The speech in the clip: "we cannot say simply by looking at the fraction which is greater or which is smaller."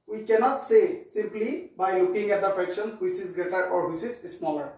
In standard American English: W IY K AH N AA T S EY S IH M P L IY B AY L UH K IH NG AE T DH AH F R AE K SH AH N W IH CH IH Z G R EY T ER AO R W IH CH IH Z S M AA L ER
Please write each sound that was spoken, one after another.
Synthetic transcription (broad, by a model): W IY K AH N AA T S EY S IH M P L IY B AY L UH K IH NG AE T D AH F R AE K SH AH N W IH CH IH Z G R EY T ER AO R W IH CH IH Z S M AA L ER